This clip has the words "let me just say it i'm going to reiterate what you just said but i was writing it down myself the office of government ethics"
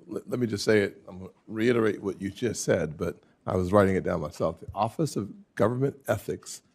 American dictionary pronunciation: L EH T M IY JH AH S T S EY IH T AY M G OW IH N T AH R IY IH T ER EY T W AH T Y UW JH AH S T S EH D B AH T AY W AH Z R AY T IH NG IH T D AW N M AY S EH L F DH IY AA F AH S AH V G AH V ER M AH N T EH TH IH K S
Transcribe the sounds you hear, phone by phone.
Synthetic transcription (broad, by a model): L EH T M IY JH AH S T S EY IH T AY M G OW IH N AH R IY IH T ER EY T W AH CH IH JH AH S T S EH D B AH T AY W AH Z R AY T IH NG IH T D AW N M AY S EH L F DH IY AA F AH S AH V G AH V ER M AH N T EH TH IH K S